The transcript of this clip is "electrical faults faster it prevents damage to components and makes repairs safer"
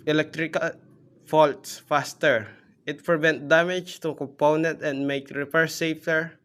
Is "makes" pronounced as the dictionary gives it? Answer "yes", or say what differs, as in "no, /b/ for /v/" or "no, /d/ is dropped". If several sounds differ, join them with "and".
no, /s/ is dropped